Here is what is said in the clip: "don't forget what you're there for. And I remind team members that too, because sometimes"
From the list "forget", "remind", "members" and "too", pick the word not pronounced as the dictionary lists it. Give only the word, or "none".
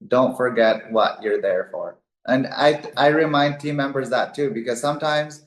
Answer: none